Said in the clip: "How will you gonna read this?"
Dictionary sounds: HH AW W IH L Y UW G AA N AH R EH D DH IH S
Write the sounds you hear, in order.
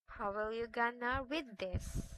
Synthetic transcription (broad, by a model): HH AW W IH L Y UW G AA N AH W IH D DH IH S